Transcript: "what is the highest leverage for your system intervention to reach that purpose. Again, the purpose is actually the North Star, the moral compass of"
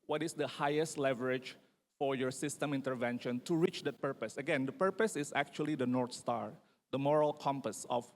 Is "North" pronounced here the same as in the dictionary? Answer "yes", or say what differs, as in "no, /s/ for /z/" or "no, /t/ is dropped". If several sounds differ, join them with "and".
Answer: no, /t/ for /θ/